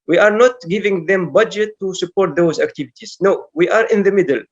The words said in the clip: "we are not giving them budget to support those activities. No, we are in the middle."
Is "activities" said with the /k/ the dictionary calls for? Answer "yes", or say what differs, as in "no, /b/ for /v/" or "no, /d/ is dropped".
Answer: yes